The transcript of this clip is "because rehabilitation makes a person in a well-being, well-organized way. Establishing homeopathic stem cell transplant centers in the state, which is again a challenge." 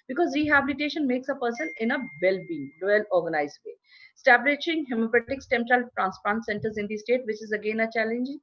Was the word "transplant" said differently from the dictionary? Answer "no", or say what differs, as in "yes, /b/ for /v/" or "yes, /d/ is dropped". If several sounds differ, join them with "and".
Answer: yes, /l/ is dropped